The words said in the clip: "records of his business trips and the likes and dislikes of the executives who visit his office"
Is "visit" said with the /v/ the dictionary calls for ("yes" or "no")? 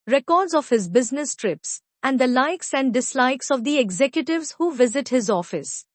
yes